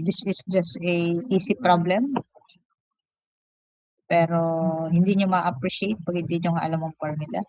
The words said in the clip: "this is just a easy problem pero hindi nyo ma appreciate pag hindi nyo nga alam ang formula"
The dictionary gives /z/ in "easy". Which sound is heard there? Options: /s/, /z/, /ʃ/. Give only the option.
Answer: /s/